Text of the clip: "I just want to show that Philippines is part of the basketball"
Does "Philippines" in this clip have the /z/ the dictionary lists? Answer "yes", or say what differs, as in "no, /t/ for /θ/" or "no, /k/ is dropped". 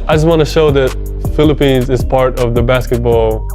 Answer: yes